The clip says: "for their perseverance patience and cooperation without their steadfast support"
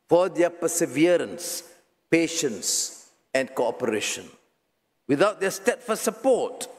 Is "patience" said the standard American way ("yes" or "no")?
yes